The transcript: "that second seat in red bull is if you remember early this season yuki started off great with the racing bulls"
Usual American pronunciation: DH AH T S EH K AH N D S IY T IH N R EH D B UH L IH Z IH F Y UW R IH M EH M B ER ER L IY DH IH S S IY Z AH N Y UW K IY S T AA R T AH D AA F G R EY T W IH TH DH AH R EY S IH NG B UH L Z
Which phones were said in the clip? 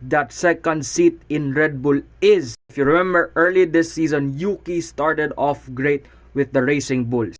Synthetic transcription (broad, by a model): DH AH T S EH K AH N D S IY T IH N R EH D B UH L IH Z IH F Y UW R IH M EH M B ER ER L IY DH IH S S IY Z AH N Y UW K IY S T AA R T AH D AA F G R EY T W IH DH AH R EY S IH NG B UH L